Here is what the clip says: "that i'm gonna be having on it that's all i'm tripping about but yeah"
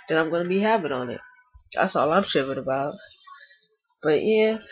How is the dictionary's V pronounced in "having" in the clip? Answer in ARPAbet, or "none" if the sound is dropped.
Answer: P